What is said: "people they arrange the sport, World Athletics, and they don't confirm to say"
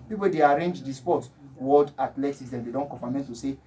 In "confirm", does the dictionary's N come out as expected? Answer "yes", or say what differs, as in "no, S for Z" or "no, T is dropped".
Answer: no, N is dropped